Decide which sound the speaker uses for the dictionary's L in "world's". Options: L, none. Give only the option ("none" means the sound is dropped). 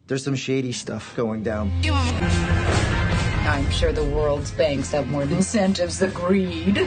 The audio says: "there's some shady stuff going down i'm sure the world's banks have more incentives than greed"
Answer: L